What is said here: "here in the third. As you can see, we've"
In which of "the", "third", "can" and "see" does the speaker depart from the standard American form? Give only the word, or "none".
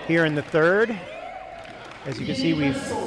none